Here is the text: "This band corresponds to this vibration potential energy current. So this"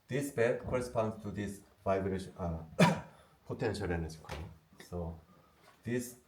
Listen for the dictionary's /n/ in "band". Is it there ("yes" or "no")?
no